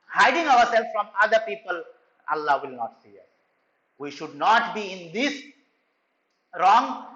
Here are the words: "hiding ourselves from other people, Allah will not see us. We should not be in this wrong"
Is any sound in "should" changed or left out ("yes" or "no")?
no